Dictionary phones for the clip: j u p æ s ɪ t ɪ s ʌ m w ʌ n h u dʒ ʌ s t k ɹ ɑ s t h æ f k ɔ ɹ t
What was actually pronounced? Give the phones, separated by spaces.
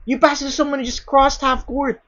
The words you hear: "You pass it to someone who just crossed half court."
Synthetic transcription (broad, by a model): j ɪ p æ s ɪ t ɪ s ʌ m w ʌ n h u dʒ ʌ s k ɹ ɑ s t h æ f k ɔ ɹ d